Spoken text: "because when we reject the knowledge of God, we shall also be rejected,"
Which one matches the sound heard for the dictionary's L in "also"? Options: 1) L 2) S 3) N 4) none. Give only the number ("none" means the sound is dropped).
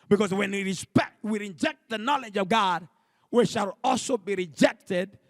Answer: 1